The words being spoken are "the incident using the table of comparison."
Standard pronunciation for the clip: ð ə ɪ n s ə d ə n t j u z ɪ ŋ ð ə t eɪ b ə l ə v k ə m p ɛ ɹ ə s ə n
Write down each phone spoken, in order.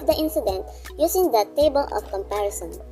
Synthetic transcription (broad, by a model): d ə ɪ n s ə d ə n t j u s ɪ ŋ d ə t eɪ b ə l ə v k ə m p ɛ ɹ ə s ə n